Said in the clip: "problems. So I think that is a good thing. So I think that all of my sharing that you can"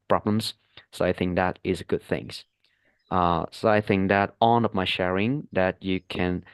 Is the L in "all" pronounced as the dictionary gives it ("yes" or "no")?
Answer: no